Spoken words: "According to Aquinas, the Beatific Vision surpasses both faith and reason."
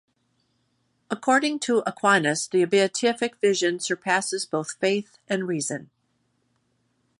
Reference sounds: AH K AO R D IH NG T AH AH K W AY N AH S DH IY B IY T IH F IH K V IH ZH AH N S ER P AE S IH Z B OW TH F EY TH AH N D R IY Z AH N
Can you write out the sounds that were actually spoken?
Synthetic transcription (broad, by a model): AH K AO R D IH NG T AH AH K W AY N AH S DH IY B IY T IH F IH K V IH ZH AH N S ER P AE S IH Z B OW TH F EY TH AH N R IY Z AH N